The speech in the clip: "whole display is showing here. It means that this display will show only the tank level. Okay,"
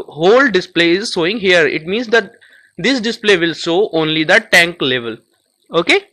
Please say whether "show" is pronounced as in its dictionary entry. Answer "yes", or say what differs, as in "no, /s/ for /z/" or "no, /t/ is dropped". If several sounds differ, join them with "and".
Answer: no, /s/ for /ʃ/